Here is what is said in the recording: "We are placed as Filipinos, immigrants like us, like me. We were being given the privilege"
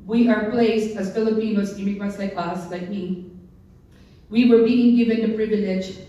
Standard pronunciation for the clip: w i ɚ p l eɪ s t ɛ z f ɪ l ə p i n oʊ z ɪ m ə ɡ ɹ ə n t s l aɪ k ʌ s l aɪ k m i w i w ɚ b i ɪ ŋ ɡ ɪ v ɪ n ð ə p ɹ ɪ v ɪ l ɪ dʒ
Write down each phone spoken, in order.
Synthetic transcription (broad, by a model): w i ɚ p l eɪ s t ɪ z f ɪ l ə p i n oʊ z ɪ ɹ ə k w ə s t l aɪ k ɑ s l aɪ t m i w i w ɚ b i ɪ ŋ ɡ ɪ v ɪ n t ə p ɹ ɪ v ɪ l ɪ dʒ